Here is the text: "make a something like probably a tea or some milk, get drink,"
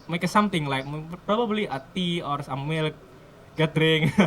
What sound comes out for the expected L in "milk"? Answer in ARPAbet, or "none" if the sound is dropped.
L